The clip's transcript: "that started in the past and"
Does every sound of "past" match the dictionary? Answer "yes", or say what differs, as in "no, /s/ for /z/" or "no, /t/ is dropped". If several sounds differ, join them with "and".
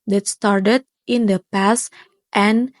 yes